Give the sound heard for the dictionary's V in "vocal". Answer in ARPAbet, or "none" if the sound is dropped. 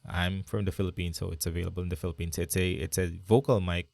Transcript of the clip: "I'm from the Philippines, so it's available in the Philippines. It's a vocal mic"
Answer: V